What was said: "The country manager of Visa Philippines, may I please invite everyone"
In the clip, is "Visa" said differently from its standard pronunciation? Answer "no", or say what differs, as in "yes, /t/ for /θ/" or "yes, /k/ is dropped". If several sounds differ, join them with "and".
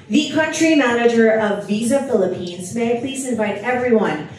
no